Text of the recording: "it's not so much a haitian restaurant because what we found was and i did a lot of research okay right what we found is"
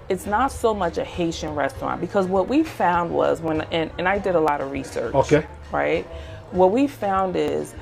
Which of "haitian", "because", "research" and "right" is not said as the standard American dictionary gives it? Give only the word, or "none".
none